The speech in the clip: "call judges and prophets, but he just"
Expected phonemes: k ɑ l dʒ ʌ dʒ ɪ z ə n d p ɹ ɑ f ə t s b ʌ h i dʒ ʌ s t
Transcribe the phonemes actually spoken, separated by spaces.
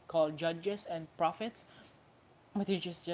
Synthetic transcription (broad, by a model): k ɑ l dʒ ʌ dʒ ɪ s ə n p ɹ ɑ f ə t s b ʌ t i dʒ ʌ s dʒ